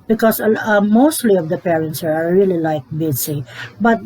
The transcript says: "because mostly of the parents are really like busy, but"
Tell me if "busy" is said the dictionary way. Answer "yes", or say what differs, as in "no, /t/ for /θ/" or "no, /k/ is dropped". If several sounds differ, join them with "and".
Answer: no, /s/ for /z/